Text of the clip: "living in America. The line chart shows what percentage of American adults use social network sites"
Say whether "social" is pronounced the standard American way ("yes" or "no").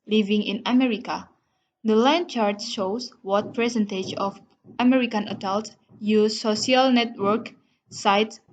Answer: no